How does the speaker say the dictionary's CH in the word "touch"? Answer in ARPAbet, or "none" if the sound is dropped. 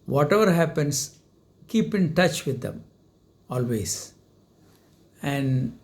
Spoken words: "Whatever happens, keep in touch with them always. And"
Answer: CH